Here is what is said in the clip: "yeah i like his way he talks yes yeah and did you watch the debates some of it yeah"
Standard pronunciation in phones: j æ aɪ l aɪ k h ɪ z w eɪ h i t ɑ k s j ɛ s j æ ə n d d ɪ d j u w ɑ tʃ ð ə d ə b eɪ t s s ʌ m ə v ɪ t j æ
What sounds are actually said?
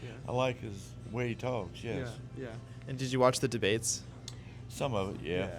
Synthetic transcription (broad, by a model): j aɪ l aɪ k h ɪ z w eɪ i t ɑ k s j ɛ s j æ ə n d d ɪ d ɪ w ɑ tʃ ð ə d ə b eɪ t s s ʌ m ə v ɪ t j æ